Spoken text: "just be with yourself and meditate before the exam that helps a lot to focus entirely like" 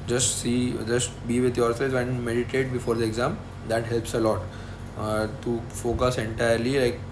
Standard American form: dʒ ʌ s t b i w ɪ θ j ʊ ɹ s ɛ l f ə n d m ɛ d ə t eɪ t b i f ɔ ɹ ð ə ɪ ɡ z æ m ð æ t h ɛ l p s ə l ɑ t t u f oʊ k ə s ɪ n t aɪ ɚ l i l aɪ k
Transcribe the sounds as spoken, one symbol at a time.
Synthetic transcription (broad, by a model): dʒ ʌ s t b i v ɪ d j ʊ ɹ s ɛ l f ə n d m ɛ d ə t eɪ t b i f ɔ ɹ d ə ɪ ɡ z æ m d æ t h ɛ l p s ə l ɑ t t u f oʊ k ə s ɪ n t aɪ ɚ l i l aɪ k